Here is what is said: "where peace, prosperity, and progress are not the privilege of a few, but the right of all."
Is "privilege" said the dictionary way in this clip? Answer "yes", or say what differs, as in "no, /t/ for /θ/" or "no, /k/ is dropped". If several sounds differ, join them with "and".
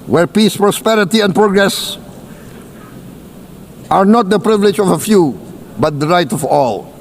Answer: yes